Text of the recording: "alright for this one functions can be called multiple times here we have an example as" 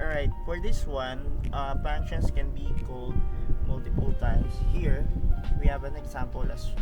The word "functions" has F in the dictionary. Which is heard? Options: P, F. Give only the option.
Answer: P